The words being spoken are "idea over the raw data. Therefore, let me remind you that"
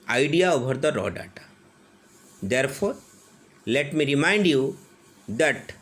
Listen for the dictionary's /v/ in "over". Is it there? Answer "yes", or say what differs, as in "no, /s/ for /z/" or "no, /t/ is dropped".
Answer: no, /b/ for /v/